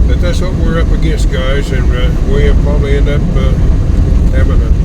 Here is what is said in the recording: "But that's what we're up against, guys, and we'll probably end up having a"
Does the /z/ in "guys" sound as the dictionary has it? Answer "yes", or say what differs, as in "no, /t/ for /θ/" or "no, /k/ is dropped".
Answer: yes